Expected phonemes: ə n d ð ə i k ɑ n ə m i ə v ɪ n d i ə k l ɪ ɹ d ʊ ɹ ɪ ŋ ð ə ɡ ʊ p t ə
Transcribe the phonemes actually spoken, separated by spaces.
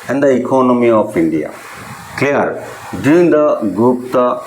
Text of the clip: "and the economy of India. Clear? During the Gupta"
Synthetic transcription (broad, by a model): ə n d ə i k ɑ n ə m i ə p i n d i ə k l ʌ ɹ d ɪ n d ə ɡ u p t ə